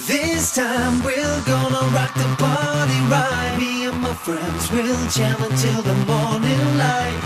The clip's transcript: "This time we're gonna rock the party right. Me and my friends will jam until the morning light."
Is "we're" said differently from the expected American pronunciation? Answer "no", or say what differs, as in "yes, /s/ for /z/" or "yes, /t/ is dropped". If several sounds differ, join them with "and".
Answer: yes, /l/ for /ɹ/